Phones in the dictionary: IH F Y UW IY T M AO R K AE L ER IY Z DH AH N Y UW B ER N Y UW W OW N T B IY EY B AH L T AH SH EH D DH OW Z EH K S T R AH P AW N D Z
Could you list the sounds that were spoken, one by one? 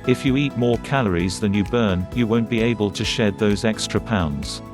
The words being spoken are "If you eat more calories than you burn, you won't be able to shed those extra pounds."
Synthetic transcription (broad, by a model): IH F Y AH IY T M AO R K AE L ER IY Z DH AH N Y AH B ER N Y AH W OW N B IY EY B AH L T AH SH EH D DH OW Z EH K S T R AH P AW N D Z